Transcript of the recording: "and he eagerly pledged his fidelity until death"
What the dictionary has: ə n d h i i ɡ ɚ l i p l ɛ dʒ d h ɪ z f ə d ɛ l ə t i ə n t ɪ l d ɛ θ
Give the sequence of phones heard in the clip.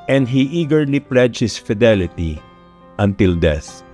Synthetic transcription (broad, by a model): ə n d h i i ɡ ɚ l i p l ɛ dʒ h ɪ s f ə d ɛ l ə t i ə n t ɪ l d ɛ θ